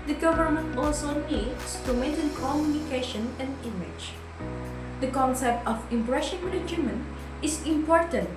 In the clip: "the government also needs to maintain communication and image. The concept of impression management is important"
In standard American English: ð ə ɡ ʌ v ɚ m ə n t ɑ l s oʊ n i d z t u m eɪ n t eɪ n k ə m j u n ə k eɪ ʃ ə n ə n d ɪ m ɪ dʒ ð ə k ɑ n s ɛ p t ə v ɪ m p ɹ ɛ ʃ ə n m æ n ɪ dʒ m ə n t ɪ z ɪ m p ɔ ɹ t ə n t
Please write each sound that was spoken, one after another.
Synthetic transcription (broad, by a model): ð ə ɡ ʌ v ɚ m ə n t ɑ l s oʊ n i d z t u m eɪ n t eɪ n k ə m j u n ə k eɪ ʃ ə n ə n d ɪ m ɪ dʒ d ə k ɑ n s ɛ p t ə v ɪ m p ɹ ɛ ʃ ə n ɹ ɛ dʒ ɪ m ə n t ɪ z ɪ m p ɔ ɹ t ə n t